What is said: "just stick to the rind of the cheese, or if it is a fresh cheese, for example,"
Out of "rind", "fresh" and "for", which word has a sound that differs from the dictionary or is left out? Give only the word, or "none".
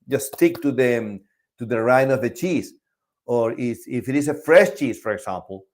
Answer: rind